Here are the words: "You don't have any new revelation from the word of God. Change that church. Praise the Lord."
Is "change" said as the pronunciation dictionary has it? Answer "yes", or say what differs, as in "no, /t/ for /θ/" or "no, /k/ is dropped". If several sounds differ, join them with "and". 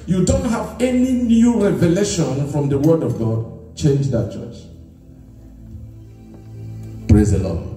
yes